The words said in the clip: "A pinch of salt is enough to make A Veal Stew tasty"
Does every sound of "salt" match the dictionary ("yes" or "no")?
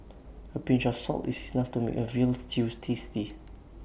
yes